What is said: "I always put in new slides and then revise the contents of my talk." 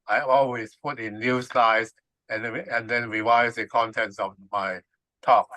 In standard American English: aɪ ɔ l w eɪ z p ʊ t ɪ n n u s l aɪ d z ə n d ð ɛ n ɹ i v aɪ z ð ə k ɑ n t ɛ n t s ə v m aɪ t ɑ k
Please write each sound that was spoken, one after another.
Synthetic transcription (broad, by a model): aɪ ɔ l w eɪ s p ʊ t ɪ n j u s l aɪ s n ə n d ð ɛ n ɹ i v aɪ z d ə k ɑ n t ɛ n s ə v m aɪ t ɑ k